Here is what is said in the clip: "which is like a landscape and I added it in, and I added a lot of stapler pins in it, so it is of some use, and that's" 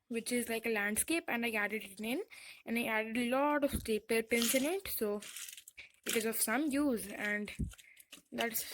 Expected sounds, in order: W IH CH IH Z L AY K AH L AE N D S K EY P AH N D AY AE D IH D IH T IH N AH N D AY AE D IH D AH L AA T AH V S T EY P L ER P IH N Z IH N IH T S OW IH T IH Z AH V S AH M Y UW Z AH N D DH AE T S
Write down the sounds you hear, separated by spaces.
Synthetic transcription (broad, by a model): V IH CH IH Z L AY K AH L AE N D S K EY P AH N D AY AE D IH D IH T IH N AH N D AY AE D IH D AH L AA T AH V S T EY P ER P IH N S IH N IH T S OW IH T IH Z AH V S AH M Y UW Z AH N D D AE T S